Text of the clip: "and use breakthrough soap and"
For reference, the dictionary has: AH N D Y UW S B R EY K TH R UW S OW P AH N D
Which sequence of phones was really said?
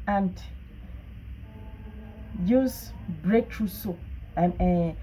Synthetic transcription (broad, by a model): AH N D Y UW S B R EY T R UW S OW AH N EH